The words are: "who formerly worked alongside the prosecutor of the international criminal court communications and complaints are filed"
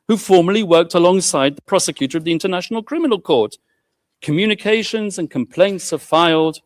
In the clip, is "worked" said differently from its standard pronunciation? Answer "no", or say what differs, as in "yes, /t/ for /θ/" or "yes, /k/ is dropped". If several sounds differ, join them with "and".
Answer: no